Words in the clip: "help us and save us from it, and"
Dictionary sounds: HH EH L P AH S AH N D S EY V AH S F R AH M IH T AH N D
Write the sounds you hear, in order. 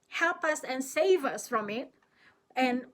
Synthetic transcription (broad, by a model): HH EH L P AH S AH N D S EY V AH S F R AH M IH T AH N